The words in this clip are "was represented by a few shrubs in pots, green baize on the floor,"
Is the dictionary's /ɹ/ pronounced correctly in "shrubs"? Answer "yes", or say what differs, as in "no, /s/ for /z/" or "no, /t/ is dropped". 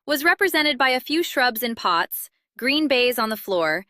yes